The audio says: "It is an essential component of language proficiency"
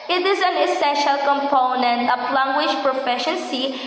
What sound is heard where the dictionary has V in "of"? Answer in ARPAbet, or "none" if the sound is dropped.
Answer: P